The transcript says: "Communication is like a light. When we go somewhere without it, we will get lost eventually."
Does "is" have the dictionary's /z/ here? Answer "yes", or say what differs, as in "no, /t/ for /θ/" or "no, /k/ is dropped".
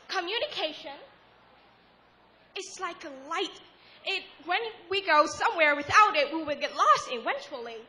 no, /s/ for /z/